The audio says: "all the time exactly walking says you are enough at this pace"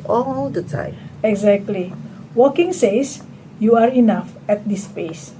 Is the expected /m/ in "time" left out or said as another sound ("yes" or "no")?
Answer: yes